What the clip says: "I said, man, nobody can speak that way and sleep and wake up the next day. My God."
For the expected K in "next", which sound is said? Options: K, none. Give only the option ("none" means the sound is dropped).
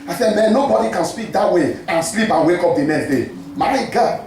none